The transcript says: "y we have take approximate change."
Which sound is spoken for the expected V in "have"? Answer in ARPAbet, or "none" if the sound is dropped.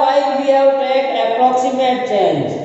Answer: W